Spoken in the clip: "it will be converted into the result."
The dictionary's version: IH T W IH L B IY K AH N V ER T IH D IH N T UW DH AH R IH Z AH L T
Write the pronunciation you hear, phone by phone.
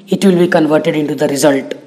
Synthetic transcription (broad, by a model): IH T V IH L B IY K AH N V ER T IH D IH N T UW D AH R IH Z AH L T